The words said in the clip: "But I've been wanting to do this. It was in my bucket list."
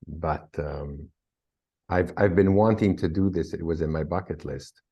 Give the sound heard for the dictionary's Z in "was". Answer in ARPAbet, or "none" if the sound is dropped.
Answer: Z